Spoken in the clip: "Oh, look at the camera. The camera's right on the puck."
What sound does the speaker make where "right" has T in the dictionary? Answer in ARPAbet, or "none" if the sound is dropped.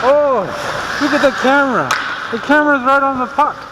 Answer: T